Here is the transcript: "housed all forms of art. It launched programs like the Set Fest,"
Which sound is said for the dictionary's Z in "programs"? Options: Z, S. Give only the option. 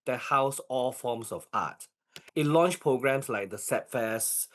S